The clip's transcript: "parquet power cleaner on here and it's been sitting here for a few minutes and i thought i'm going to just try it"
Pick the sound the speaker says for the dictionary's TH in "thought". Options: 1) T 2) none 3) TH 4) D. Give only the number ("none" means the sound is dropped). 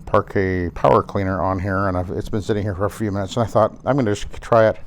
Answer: 3